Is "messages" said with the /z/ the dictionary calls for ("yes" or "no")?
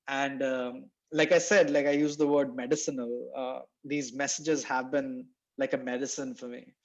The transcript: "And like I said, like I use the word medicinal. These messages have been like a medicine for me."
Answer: yes